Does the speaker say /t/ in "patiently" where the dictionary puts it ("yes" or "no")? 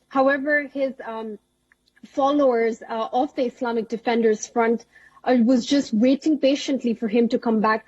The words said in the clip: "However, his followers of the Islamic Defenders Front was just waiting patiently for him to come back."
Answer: yes